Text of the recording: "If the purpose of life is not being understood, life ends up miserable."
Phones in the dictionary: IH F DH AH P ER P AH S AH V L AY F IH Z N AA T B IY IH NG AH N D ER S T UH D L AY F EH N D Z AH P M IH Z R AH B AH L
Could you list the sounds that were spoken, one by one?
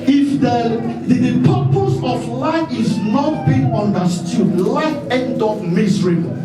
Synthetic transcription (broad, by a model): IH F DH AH P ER P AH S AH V L AY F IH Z N AA T B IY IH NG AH N D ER S T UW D L AY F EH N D AO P M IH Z R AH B